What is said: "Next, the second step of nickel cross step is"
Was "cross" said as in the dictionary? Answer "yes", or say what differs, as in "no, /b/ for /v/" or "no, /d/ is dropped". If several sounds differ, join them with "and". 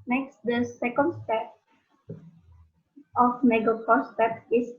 no, /ɹ/ is dropped